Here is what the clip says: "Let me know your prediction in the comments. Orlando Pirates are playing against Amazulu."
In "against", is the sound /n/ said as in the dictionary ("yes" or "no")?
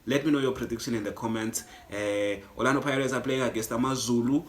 no